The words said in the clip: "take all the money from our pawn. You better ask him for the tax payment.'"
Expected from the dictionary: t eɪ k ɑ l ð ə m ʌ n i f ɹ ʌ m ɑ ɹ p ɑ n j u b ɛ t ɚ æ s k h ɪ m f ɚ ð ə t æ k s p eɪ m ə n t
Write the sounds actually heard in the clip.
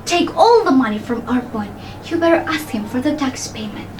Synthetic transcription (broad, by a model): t eɪ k ɑ l ð ə m ʌ n i f ɹ ʌ m ɑ ɹ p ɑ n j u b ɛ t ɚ æ s k h ɪ m f ɚ ð ə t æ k s p eɪ m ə n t